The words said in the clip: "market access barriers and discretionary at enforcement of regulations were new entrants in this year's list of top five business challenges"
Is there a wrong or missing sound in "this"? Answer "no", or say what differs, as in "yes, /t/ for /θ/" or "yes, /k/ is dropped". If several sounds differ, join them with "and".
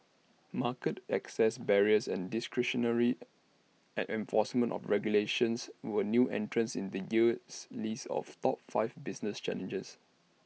yes, /s/ is dropped